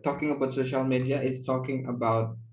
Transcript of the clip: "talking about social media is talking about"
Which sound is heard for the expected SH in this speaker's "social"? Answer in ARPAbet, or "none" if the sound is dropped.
SH